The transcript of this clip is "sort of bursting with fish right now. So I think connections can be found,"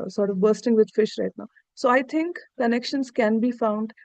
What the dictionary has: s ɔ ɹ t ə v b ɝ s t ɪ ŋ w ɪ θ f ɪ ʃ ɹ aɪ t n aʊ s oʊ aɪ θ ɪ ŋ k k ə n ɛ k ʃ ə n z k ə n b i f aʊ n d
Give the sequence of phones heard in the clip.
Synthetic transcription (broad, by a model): s ɔ ɹ t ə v b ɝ s t ɪ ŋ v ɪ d f ɪ ʃ ɹ aɪ t n aʊ s oʊ aɪ t ɪ ŋ k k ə n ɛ k ʃ ə n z k ə n b i f aʊ n d